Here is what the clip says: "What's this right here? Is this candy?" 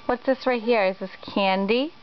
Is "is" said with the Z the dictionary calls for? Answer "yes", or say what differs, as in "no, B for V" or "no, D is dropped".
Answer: yes